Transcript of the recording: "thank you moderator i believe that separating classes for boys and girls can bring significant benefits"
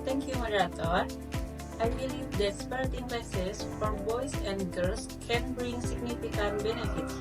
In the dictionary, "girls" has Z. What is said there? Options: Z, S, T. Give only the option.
S